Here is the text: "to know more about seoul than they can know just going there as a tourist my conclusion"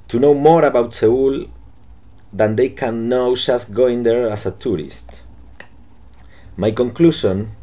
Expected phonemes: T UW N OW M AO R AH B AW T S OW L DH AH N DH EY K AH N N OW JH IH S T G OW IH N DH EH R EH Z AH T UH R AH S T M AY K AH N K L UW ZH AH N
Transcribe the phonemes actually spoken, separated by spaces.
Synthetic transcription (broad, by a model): T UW N OW M AO R AH B AW T S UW L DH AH N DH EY K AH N N OW SH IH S G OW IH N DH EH R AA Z AH T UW R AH S T M AY K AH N K L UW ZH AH N